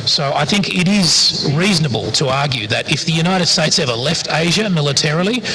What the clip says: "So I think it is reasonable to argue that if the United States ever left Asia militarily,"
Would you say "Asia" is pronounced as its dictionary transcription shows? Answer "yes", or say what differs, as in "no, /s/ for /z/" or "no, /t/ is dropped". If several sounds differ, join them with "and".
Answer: yes